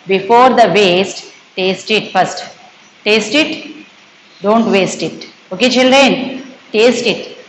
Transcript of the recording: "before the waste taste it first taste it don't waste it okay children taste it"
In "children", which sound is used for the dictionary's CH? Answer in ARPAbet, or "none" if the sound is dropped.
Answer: CH